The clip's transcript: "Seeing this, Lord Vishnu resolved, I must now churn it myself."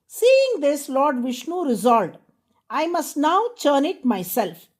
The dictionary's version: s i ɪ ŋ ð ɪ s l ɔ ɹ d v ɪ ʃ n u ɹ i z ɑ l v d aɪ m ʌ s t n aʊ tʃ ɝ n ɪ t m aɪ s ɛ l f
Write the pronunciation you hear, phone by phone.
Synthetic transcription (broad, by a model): s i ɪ ŋ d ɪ s l ɔ ɹ d v ɪ ʃ n u ɹ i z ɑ l d aɪ m ʌ s t n aʊ tʃ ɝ n ɪ t m aɪ s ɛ l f